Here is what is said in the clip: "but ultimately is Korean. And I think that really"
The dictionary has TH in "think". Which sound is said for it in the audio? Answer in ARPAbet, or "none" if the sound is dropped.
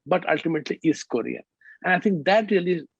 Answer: T